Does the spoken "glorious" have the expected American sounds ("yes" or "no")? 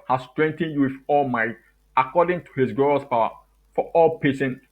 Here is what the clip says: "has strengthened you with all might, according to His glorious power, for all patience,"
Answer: no